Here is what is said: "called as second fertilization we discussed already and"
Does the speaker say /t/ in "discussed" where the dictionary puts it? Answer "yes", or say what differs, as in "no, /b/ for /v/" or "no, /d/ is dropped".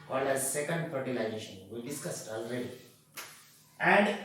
yes